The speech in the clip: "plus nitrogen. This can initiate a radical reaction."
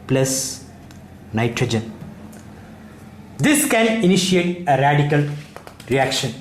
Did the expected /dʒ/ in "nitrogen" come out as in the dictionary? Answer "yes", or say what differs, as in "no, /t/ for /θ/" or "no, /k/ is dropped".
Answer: yes